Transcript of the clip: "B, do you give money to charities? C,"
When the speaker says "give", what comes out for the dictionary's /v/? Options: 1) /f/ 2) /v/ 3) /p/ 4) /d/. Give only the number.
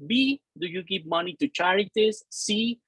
3